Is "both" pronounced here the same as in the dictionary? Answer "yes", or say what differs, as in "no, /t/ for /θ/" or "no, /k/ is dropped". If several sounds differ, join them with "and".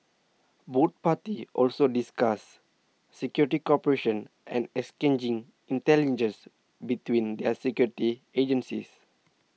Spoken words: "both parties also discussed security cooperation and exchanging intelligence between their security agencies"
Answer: no, /t/ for /θ/